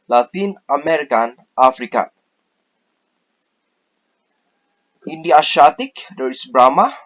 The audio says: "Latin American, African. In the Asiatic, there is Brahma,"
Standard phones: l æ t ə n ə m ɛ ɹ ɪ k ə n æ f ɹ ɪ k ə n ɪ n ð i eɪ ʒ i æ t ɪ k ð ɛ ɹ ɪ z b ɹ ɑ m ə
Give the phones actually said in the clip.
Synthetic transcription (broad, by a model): l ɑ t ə n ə m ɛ ɹ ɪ k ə n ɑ f ɹ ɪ k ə ɪ n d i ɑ ʃ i t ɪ k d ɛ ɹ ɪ s b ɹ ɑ m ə